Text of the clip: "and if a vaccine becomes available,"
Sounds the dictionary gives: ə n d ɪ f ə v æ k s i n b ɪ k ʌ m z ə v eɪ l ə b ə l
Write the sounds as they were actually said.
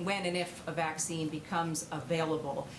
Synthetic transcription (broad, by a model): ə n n ɪ f ə v æ k s i n b ɪ k ʌ m z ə v eɪ l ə b l